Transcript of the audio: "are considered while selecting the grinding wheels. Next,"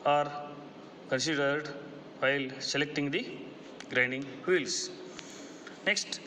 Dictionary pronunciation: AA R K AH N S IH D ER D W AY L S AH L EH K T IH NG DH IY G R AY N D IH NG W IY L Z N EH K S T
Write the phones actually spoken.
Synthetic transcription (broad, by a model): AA R K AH N S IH D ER D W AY L S AH L EH K T IH NG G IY G R AY N D IH NG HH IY L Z N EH K S T